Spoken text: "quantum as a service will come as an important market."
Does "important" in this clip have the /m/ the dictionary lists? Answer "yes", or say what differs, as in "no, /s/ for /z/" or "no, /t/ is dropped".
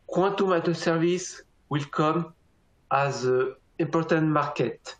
no, /m/ is dropped